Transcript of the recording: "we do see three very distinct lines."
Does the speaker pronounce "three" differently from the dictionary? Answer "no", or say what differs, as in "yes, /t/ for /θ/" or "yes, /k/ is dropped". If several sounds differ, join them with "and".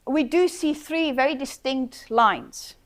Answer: no